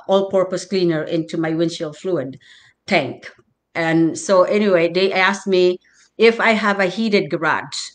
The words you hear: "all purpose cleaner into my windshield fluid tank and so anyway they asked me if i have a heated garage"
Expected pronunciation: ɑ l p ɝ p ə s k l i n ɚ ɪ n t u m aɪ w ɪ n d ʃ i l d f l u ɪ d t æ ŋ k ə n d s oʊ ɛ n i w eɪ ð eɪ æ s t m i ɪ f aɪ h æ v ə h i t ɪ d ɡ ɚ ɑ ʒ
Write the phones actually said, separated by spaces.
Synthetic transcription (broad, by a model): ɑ l p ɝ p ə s k l i n ɚ ɪ n t u m aɪ w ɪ n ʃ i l f l u ɪ d t æ ŋ k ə n s oʊ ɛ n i w eɪ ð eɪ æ s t m i ɪ f aɪ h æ v ə h i t ɪ d ɡ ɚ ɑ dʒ